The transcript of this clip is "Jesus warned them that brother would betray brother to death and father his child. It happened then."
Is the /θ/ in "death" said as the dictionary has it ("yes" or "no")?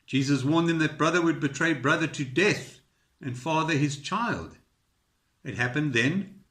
yes